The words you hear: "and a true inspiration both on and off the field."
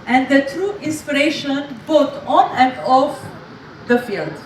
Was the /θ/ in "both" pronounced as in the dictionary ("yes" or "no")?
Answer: no